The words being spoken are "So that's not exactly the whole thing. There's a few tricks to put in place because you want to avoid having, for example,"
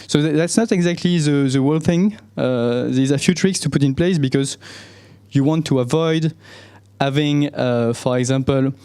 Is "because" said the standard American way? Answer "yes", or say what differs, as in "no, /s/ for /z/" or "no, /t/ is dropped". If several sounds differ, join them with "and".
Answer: yes